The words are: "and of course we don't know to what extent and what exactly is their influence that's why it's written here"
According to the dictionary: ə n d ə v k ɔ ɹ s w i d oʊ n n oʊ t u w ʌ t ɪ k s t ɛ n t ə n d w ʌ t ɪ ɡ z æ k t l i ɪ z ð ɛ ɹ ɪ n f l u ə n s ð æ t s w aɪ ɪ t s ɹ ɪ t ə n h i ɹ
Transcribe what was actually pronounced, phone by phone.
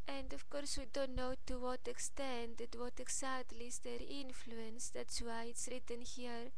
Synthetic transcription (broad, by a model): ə n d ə f k ɔ ɹ s w i d oʊ n n oʊ t u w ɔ t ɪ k s t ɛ n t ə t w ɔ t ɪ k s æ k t l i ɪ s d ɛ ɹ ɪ n f l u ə n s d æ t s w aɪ ɪ t s ɹ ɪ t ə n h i ɹ